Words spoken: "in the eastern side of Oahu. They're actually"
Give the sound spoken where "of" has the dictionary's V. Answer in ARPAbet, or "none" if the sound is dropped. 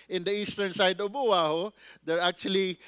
B